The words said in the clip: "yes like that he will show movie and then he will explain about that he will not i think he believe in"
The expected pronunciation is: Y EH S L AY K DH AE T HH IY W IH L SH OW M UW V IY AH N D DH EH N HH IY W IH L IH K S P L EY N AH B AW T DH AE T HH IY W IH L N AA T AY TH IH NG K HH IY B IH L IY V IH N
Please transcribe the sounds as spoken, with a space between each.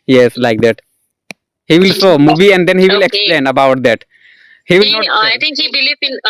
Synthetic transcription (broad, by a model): Y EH S L AY K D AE T HH IY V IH L S OW M UW V IY AH N D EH N HH IY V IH L IH K S P L EY N AH B AW T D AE T HH IY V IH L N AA AY T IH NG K HH IY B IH L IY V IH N